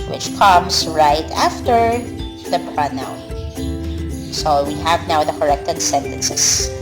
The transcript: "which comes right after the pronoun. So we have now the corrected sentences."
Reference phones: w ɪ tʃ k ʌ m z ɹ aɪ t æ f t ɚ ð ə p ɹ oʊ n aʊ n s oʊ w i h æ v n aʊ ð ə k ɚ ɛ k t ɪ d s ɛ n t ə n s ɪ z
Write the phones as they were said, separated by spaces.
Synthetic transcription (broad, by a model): w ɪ tʃ k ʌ m s ɹ aɪ t æ f t ɚ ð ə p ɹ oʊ n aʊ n s oʊ w i h æ v n aʊ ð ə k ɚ ɛ k t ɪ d s ɛ n t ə n s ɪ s